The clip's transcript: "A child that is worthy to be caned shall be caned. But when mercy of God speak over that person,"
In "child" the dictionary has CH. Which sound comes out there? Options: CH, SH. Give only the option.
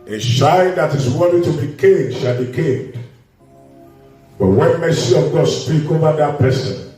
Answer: SH